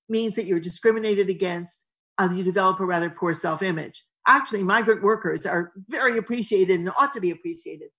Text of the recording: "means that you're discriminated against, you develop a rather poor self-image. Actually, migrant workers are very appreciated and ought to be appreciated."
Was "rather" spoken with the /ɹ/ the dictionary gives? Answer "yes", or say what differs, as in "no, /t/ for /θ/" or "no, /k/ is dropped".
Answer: yes